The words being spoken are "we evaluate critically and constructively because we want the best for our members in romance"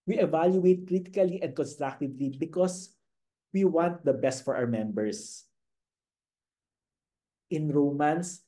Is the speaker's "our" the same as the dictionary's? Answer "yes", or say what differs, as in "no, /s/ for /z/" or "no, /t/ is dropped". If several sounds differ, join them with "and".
no, /w/ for /ɹ/